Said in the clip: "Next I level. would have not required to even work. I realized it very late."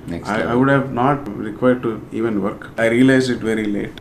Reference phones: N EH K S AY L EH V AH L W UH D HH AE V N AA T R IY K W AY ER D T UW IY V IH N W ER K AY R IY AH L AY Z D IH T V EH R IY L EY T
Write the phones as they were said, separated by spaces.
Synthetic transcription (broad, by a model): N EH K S AY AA AH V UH D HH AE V N AA T R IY K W AY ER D T UW IY V IH N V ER K AY R IY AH L AY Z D IH T V EH R IY L EY T